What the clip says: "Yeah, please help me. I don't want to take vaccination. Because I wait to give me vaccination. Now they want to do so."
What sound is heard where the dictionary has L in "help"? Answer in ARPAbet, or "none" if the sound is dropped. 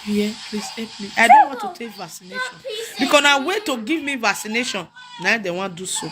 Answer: none